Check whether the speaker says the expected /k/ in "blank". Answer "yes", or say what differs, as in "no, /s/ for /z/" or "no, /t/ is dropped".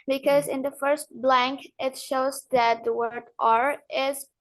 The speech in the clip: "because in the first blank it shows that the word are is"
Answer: yes